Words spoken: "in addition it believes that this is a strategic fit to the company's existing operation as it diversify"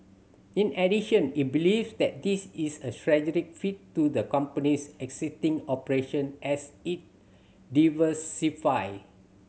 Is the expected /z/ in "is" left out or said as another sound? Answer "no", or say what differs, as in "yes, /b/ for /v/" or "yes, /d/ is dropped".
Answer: yes, /s/ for /z/